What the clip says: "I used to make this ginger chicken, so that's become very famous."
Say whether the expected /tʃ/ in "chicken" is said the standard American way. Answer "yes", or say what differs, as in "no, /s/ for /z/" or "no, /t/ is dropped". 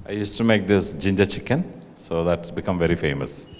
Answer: yes